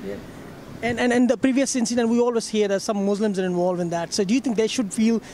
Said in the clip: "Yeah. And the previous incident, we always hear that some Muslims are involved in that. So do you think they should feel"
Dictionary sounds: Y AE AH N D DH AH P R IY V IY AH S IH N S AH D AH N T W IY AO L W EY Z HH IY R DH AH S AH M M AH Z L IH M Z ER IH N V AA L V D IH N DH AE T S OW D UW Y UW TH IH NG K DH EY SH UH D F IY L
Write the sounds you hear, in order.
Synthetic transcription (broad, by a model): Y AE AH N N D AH P R IY V IY AH S IH N S AH D AH N T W IY AO L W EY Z HH IY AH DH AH S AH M M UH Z L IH M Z ER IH N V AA L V IH N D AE T S OW D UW Y UW T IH NG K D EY SH UH D F IY L